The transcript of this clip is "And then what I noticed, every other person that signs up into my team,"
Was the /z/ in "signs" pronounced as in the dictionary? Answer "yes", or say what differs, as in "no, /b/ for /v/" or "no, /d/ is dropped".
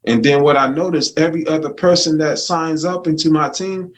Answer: yes